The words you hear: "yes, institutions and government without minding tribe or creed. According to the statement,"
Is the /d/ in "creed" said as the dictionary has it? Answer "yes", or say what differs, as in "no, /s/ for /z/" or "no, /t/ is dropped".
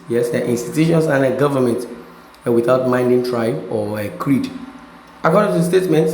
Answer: yes